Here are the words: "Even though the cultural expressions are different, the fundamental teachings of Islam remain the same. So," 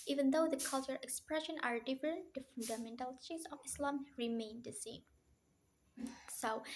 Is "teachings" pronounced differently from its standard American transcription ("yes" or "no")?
yes